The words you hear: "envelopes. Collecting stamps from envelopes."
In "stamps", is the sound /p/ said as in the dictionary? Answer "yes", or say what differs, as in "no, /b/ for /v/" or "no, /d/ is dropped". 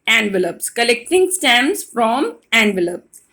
no, /p/ is dropped